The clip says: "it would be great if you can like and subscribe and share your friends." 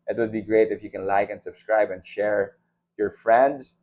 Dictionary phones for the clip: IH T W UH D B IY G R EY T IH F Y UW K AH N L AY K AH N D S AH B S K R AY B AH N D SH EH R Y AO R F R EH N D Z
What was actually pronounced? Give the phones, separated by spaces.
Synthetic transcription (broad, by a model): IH T W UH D B IY G R EY T IH F Y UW K AH N L AY K AH N D S AH B S K R AY B AH N D SH EH R Y AO R F R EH N D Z